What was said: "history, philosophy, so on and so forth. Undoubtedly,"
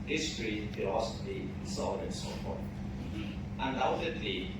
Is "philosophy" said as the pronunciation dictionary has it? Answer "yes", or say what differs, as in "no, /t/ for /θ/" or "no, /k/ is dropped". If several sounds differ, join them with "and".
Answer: no, /l/ is dropped